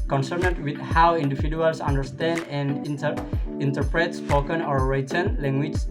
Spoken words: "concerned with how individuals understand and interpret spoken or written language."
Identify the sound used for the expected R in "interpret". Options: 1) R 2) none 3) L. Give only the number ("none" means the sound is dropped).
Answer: 1